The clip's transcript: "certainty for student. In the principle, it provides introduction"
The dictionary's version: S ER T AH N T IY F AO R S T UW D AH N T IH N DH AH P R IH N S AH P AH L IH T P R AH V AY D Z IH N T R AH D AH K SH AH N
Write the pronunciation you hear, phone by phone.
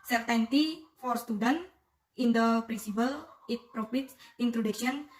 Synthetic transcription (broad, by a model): S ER T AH N T IY F AO R S T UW D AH N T IH N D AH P R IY N S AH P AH L IH T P R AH P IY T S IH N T R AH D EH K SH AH N